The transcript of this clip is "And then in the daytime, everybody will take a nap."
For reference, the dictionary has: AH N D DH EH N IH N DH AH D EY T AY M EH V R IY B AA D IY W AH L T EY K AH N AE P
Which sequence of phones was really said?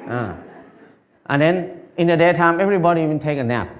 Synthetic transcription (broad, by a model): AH N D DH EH N IH N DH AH D EY T AY M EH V R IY B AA D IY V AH N T EY K AH N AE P